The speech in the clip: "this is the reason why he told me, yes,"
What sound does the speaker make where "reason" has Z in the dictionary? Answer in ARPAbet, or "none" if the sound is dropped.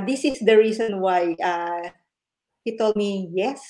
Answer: S